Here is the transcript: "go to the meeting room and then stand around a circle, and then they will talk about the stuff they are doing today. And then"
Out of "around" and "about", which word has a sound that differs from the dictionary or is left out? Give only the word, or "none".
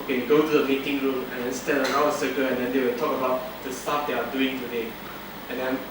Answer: around